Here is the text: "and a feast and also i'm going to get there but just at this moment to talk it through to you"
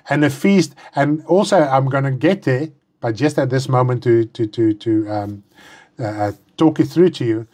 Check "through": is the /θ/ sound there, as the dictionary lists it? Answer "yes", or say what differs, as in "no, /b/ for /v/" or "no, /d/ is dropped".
yes